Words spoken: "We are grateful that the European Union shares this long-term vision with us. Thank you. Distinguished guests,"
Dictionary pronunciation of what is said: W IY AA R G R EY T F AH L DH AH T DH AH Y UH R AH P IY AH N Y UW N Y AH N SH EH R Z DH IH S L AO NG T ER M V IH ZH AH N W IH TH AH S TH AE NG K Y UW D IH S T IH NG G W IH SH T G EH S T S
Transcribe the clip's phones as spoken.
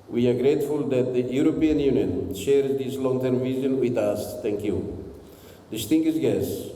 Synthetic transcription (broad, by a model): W IY AA R G R EY T F AH L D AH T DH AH Y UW R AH P IY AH N Y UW N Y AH N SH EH R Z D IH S L AO NG T ER M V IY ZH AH N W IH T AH S T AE NG K Y UW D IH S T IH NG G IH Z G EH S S